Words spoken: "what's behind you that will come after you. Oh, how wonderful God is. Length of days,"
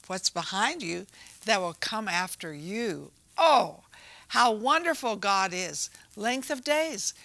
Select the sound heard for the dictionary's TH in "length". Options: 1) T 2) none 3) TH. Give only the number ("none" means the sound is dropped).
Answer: 3